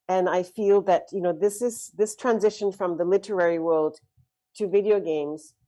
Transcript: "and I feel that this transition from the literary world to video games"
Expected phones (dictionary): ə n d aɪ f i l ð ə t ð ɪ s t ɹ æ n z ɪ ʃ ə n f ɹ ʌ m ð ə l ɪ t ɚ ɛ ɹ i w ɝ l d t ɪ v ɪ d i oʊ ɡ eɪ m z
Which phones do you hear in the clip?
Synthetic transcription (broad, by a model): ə n aɪ f i l ð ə t ð ɪ s t ɹ æ n z ɪ ʃ ə n f ɹ ʌ m ð ə l ɪ t ɚ ɛ ɹ i w ɝ l d t ɪ v ɪ d i oʊ ɡ eɪ m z